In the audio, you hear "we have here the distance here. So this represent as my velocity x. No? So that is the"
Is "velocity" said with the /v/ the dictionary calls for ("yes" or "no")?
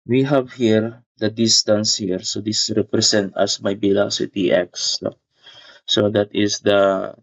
no